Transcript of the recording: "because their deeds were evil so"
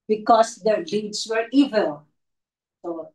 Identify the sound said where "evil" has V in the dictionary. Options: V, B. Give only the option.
V